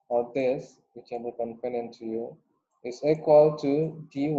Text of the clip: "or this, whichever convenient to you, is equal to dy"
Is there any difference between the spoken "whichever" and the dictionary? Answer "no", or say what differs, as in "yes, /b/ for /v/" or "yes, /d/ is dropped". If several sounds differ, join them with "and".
yes, /b/ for /v/